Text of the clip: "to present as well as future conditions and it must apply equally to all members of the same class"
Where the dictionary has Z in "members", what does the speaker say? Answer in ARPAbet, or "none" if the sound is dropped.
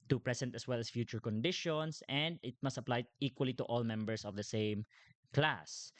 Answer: S